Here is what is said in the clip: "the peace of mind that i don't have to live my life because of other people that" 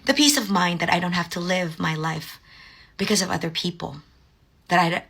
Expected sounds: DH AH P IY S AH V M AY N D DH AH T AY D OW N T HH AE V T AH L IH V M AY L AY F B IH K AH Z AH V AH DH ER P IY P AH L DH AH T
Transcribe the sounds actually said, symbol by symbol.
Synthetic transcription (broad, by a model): DH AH P IY S AH V M AY N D DH AH T AY D OW N T HH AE F T AH L IH V M AY L AY F B IH K AH Z AH V AH DH ER P IY P L DH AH T